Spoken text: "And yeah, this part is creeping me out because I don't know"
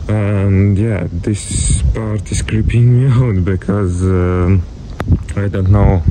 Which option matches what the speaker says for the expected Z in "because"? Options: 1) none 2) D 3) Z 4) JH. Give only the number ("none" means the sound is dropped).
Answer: 3